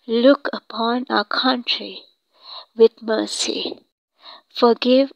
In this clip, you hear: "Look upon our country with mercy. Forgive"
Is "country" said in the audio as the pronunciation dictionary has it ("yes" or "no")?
yes